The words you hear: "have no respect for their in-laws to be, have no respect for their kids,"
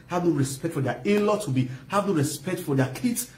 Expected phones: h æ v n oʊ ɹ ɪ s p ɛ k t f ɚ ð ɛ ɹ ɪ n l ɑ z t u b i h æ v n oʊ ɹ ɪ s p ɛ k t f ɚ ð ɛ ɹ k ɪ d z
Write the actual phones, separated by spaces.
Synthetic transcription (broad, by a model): h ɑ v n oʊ ɹ ɪ s p ɛ k t f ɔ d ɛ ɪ l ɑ t u b i h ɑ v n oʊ ɹ ɪ s p ɛ k t f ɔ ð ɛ k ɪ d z